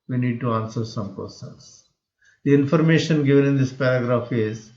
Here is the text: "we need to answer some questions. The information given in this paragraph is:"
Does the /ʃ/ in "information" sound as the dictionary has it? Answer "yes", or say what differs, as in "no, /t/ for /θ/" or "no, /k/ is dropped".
yes